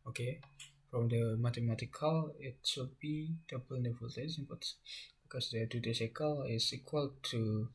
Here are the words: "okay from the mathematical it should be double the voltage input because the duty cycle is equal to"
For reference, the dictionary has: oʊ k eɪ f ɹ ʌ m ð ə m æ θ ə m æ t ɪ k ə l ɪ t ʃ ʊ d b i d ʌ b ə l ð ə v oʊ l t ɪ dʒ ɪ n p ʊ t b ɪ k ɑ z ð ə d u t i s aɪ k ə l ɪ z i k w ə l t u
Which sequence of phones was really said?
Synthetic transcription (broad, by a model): oʊ k eɪ f ɹ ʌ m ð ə m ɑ t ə m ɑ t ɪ k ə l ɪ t s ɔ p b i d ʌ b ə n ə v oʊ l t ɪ z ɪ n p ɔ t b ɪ k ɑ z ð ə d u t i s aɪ k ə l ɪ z i k w ə l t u